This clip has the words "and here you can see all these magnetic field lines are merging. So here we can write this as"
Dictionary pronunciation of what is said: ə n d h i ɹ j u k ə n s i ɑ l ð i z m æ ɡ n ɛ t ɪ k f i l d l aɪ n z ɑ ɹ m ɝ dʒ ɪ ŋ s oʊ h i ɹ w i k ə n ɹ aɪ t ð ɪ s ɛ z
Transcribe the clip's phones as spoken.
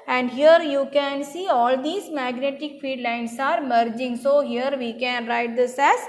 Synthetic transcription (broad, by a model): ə n d h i ɹ j u k ə n s i ɑ l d i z m æ ɡ n ɛ t ɪ k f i d l aɪ n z ɑ ɹ m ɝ dʒ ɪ ŋ s oʊ h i ɹ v i k ə n ɹ aɪ t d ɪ s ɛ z